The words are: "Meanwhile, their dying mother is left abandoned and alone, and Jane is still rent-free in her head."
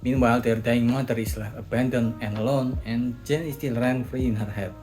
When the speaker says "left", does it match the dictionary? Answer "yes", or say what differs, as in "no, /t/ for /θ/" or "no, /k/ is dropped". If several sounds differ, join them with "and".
no, /t/ is dropped